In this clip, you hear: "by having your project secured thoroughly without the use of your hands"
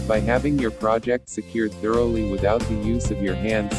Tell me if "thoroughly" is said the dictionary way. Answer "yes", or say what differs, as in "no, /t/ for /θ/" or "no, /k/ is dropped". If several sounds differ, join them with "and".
yes